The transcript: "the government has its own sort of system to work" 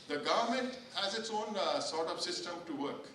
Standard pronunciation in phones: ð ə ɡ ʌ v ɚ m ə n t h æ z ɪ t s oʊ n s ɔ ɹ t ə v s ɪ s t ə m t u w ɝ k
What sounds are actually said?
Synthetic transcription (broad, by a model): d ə ɡ ʌ v ɚ m ə n t h æ z ɪ t s oʊ n s ɔ ɹ t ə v s ɪ s t ə m t u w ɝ k